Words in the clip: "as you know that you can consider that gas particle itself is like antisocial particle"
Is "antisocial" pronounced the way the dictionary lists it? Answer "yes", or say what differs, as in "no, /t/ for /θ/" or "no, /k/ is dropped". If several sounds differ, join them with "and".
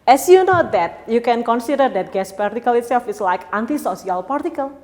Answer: no, /s/ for /ʃ/